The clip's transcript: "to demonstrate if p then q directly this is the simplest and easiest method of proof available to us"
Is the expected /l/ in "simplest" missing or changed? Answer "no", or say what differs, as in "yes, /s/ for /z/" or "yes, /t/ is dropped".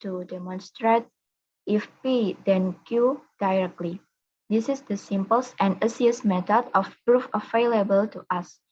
yes, /l/ is dropped